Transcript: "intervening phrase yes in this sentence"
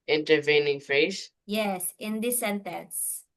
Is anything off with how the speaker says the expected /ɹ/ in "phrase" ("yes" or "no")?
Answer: yes